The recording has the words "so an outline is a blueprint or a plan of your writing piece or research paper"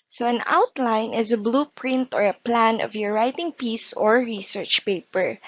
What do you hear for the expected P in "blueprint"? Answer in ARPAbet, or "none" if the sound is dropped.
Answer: P